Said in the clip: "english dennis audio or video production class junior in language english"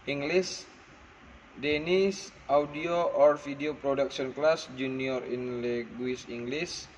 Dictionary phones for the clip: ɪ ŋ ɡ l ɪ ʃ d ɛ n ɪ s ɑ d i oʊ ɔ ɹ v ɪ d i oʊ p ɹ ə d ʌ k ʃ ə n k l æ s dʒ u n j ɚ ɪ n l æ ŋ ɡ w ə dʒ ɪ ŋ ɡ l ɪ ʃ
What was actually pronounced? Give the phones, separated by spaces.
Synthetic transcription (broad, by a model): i ŋ ɡ l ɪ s d ɛ n ɪ s ɑ d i oʊ ɔ ɹ f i d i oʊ p ɹ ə d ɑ k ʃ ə n k l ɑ s dʒ u n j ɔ ɪ n l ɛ ɡ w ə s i ŋ ɡ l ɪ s